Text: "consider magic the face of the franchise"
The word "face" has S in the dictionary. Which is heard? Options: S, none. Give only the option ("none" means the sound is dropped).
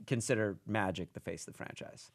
none